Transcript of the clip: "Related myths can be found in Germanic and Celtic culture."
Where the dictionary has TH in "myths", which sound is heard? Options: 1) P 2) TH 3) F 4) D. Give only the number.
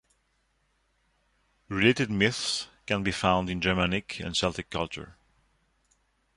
2